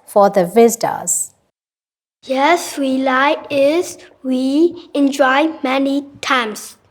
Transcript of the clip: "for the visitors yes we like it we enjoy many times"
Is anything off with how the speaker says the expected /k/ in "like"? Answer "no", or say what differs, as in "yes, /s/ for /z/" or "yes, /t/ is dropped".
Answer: yes, /k/ is dropped